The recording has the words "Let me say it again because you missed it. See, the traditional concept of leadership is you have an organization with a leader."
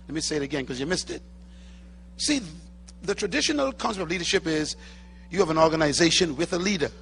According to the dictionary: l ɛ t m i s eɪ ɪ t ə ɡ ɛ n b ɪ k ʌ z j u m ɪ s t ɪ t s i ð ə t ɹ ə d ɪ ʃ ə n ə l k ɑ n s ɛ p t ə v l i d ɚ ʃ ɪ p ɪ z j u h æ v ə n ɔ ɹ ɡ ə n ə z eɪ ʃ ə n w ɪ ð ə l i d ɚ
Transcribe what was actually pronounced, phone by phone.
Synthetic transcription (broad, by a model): l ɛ t m i s eɪ ɪ t ə ɡ ɛ n k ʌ z j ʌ m ɪ s t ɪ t s i ð ə t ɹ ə d ɪ ʃ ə n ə l k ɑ n s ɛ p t ə v l i d ɚ ʃ ɪ p ɪ z j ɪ v ə n ɔ ɹ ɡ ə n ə z eɪ ʃ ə n w ɪ ð ə l i d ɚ